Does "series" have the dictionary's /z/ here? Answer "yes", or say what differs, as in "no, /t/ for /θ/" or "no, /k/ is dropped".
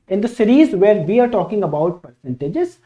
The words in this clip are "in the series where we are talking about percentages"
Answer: yes